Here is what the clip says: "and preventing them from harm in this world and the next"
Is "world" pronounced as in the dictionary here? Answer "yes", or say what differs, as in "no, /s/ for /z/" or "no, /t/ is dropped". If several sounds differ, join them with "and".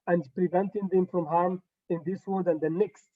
no, /l/ is dropped